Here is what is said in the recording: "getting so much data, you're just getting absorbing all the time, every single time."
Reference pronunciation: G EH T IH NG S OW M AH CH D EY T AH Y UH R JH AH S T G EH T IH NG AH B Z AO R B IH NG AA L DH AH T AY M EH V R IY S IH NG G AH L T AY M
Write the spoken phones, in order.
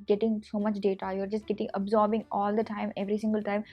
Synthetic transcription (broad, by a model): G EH T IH NG S OW M AH CH D EY T AH Y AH R JH AH S T G EH T IH NG AH B Z AO R B IH NG AA L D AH T AY M EH V R IY S IH NG G AH L T AY M